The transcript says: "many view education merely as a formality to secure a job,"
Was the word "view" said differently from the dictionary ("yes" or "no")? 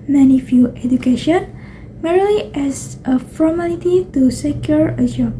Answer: yes